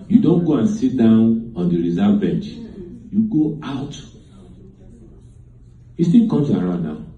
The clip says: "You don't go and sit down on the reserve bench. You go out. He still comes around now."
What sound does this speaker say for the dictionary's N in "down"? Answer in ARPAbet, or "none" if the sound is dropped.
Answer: N